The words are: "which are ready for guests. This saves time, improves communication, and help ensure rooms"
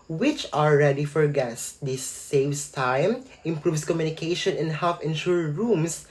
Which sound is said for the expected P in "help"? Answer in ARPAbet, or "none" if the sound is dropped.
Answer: F